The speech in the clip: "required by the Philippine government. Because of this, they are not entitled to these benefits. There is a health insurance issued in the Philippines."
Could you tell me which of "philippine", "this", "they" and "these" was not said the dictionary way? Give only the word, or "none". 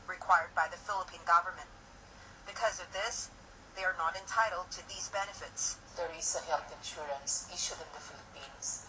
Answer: none